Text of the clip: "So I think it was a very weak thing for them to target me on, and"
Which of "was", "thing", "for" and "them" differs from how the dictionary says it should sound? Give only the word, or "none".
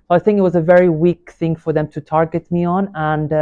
none